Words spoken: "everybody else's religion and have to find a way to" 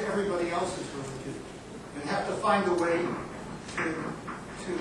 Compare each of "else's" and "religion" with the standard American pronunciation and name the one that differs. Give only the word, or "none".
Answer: religion